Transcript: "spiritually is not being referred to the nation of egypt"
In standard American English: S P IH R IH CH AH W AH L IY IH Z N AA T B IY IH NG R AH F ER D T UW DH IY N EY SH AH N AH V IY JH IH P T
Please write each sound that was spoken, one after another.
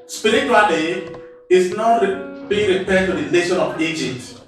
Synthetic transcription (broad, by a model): S P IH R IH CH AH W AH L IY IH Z N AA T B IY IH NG R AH P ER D T UW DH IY L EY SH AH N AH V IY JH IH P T